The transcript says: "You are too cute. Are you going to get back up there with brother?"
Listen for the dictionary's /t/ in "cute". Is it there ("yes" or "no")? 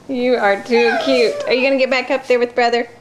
yes